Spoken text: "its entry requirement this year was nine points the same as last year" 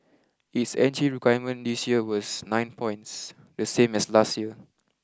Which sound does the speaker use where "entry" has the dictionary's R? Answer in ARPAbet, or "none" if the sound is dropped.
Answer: none